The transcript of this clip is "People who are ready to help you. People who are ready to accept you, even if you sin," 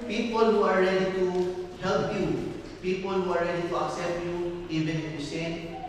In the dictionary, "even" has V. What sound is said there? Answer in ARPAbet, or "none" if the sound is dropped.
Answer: B